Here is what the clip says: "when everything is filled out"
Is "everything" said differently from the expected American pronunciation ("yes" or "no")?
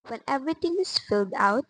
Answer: yes